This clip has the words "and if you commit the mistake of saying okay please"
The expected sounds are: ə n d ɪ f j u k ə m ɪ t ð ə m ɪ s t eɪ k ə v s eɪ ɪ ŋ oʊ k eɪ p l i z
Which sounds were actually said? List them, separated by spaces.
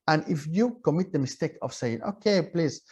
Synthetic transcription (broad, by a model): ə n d ɪ f j u k ə m ɪ t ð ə m ɪ s t eɪ k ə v s eɪ ɪ ŋ oʊ k eɪ p l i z